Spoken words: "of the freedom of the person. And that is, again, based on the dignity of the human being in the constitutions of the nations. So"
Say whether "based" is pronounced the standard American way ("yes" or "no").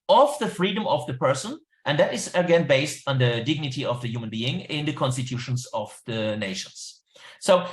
yes